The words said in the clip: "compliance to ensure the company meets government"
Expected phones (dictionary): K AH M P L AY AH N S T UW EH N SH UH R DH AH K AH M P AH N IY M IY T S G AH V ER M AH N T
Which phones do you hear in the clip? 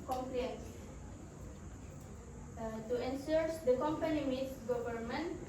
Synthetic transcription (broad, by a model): K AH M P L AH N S T UW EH N S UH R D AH K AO M P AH N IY M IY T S G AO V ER M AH N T